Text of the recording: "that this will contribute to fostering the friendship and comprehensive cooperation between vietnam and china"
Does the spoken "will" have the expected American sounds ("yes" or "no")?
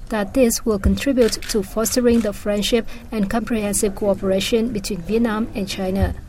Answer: yes